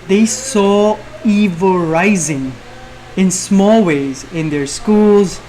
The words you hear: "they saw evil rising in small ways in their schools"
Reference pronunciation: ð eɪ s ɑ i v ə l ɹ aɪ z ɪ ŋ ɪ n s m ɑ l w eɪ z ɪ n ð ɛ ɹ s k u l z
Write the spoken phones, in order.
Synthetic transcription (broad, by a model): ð eɪ s ɑ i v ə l ɹ aɪ z ɪ ŋ ɪ n s m ɑ l w eɪ z ɪ n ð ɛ ɹ s k u l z